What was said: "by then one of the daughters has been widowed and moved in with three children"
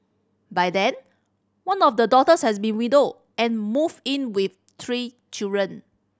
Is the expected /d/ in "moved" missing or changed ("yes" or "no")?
yes